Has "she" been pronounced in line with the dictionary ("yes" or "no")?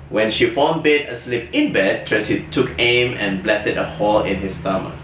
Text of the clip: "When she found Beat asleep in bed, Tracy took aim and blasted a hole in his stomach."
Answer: yes